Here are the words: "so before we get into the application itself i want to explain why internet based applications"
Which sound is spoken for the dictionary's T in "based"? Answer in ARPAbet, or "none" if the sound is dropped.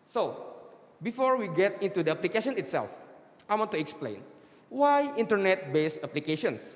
none